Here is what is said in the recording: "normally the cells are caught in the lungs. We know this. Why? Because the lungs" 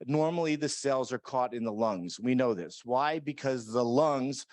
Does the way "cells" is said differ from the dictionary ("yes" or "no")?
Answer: no